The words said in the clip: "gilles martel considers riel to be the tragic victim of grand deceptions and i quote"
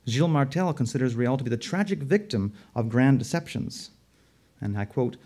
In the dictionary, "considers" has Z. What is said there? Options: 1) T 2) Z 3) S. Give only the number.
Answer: 2